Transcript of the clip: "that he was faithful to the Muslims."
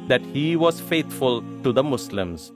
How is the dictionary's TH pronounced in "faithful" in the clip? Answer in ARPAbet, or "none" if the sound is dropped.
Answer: T